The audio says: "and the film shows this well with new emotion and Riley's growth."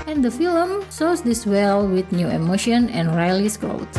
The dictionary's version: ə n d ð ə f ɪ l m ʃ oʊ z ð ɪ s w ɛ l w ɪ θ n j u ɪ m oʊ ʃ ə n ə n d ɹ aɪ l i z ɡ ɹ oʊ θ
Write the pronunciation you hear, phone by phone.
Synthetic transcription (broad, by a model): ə n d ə f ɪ l m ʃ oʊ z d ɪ s w ɛ l w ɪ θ n j u ɪ m oʊ ʃ ə n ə n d ɹ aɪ l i s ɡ ɹ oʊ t